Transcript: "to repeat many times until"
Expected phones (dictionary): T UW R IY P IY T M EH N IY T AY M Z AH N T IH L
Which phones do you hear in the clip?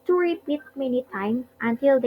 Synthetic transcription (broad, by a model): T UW R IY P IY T M EH N IY T AY M AH N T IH L